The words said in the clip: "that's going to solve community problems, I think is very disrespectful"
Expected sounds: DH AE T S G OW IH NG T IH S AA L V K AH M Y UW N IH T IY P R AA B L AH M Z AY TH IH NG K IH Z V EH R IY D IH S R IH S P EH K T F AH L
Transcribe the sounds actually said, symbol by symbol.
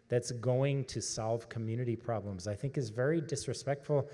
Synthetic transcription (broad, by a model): DH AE T S G OW IH NG T IH S AA L V K AH M Y UW N IH T IY P R AA B L AH M Z AY TH IH NG K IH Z V EH R IY D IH S R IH S P EH K T F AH L